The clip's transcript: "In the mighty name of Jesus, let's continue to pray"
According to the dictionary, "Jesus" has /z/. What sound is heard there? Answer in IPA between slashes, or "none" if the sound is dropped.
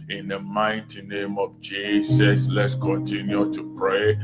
/s/